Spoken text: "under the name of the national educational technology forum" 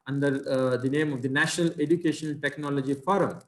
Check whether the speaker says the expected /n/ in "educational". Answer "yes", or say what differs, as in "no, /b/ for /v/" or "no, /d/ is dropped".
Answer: no, /n/ is dropped